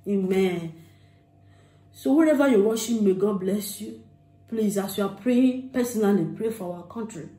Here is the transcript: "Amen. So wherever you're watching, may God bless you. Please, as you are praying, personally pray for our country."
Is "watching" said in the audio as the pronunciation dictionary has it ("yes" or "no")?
no